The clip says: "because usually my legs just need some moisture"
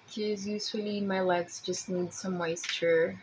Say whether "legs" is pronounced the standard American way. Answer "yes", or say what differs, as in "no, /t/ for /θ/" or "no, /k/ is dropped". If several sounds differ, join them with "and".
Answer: no, /s/ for /z/